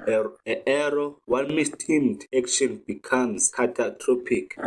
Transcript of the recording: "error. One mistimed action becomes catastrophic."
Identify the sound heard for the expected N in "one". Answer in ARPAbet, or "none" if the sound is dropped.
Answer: L